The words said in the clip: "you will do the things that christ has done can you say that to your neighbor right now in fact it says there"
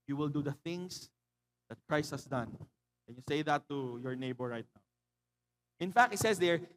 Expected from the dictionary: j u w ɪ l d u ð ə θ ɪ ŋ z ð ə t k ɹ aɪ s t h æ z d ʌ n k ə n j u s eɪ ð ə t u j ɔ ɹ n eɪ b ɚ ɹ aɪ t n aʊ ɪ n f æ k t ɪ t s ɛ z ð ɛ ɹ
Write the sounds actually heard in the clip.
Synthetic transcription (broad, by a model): j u w ɪ l d u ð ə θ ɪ ŋ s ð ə t k ɹ aɪ s t h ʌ s d ʌ n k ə n j u s eɪ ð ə t u j ɔ ɹ n eɪ b ɚ ɹ aɪ t n aʊ ɪ n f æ k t ɪ t s ɛ s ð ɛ ɹ